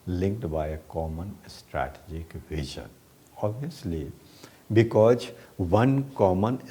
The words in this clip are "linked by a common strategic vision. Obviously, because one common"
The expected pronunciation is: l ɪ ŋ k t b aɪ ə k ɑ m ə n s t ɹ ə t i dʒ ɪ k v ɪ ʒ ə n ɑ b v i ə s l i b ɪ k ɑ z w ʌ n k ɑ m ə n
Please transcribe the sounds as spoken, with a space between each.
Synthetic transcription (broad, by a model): l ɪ ŋ k t b aɪ ə k ɑ m ə n s t ɹ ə t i dʒ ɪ k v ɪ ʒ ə n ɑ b i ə s l i b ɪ k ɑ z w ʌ n k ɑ m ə n